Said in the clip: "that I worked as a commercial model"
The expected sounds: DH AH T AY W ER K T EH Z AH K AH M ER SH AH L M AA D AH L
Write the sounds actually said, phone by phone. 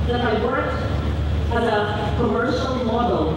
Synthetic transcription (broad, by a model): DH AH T AY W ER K EH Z AH K AH M ER SH AH L M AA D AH L